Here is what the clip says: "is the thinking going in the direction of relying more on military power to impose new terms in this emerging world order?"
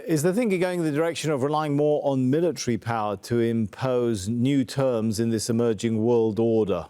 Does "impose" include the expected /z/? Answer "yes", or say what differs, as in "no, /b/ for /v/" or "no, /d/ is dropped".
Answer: yes